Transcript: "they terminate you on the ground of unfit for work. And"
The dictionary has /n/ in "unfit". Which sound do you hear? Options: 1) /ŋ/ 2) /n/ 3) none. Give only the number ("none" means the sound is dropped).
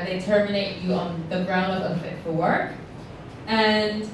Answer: 3